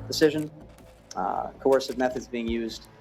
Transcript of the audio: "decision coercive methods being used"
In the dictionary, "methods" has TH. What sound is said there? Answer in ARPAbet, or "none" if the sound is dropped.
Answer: TH